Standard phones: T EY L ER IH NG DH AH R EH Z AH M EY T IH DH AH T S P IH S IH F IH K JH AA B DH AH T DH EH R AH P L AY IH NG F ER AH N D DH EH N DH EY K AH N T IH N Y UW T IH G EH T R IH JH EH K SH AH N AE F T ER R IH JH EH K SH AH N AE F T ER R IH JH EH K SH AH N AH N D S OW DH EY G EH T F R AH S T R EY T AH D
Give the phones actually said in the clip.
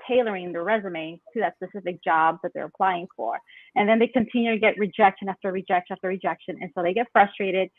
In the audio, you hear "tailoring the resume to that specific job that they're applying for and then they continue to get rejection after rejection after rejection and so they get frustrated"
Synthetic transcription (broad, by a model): EY L ER IH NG DH AH R EH Z AH M EY T IH DH AH T S P IH S IH F IH K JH AA B DH AH T DH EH R AH P L AY IH NG F ER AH N DH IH N DH EY K AH N T IH N Y UW T IH G EH T R IH JH EH K SH AH N AE F T ER R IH JH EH K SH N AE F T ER R IH JH EH K SH AH N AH N S OW DH EY G EH T F R AH S T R EY T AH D